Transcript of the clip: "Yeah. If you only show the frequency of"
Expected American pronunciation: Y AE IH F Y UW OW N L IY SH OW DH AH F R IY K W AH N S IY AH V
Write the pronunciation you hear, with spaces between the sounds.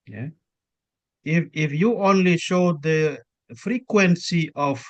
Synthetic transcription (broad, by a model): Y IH IH F Y UW OW N L IY SH OW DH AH F R IY K W AH N S IY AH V